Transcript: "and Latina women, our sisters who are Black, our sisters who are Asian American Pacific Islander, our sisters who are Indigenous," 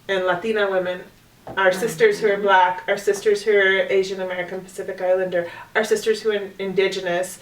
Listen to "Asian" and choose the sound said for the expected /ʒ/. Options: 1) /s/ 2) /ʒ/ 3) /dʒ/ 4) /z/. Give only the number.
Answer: 2